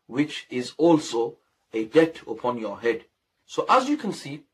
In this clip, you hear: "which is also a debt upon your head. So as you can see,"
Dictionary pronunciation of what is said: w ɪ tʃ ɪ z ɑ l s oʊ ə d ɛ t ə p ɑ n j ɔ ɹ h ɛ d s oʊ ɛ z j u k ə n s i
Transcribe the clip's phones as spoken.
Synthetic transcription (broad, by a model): w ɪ tʃ ɪ z ɑ l s oʊ ə d ɛ t ə p ɑ n j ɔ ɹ h ɛ d s oʊ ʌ z j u k ə n s i